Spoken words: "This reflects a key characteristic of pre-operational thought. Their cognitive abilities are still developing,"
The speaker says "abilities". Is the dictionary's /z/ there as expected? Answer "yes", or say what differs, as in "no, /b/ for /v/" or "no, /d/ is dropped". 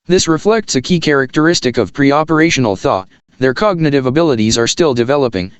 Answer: yes